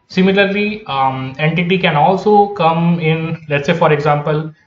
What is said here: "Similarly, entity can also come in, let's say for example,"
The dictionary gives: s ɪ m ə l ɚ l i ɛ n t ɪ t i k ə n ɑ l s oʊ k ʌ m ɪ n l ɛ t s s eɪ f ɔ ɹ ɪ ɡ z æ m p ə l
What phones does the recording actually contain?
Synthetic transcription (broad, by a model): s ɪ m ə l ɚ l i ɛ n t ɪ t i k ə n ɑ l s oʊ k ʌ m ɪ n l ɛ t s s eɪ f ɔ ɹ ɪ ɡ z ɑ m p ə l